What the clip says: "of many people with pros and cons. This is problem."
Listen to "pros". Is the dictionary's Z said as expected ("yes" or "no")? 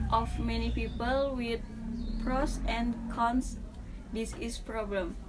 no